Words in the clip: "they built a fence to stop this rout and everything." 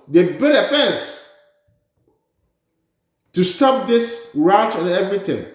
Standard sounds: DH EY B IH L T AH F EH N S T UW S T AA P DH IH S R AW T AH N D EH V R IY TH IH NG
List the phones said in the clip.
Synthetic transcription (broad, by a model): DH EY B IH T AH F EH N S T UW S T AA P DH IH S R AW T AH N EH V R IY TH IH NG